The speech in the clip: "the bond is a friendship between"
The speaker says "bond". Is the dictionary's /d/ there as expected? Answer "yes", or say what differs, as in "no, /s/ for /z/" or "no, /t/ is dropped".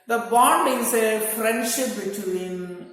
yes